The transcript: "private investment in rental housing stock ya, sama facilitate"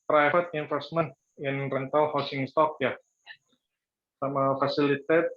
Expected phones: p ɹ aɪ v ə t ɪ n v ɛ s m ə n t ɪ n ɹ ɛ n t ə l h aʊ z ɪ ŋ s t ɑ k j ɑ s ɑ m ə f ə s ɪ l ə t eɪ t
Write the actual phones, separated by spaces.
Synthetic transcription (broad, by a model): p ɹ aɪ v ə t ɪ n f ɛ s m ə n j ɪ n ɹ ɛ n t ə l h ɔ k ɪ ŋ s t ɑ k j ɑ s ɑ m ə f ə s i l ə t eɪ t